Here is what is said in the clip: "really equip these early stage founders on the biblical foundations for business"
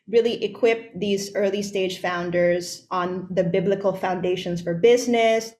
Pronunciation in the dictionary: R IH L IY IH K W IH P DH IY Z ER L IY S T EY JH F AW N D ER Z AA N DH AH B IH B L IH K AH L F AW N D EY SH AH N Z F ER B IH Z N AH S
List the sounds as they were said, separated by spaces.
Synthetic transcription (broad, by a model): R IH L IY IH K W IH P DH IY Z ER L IY S T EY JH F AW N D ER Z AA N DH AH B IH B L IH K AH L F AW N D EY SH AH N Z F ER B IH Z N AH S